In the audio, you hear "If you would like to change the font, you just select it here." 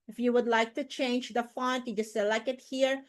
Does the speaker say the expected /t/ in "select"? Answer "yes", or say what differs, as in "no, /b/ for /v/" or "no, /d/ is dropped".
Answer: no, /t/ is dropped